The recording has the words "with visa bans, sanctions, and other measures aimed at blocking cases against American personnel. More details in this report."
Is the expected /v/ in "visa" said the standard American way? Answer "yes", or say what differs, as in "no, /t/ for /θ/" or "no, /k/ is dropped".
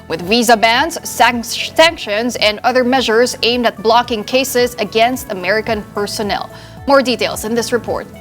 yes